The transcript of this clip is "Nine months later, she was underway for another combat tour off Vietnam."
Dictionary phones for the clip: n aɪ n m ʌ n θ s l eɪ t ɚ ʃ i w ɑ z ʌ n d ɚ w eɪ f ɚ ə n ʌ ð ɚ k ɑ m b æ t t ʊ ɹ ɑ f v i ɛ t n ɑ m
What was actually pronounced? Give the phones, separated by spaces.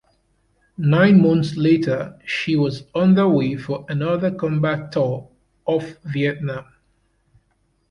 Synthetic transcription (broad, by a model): n aɪ n m ʌ n θ s l eɪ t ɚ ʃ i w ɑ z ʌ n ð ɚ w eɪ f ɚ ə n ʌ ð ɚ k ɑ m b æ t t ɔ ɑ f v i ɛ t n ɑ m